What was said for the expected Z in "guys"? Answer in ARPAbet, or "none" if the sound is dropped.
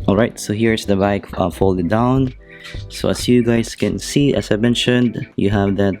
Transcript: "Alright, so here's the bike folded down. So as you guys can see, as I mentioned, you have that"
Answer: S